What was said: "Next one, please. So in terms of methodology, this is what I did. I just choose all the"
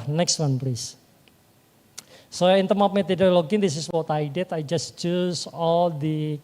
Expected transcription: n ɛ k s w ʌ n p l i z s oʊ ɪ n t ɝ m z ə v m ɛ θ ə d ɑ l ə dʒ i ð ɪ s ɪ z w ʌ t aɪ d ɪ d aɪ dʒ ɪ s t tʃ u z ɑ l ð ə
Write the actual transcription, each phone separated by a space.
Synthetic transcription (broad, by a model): n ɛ k s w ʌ n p l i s s oʊ ɪ n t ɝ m ə p m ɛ t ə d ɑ l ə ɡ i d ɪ s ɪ s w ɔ t aɪ d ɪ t aɪ dʒ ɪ s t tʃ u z ɑ l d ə